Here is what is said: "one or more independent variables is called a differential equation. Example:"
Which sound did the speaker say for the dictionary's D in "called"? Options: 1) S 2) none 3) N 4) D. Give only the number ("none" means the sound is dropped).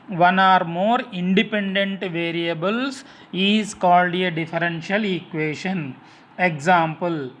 4